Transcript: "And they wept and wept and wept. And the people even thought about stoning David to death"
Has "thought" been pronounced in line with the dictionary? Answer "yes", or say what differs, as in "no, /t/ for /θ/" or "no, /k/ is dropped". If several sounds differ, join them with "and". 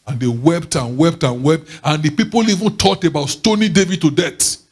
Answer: no, /t/ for /θ/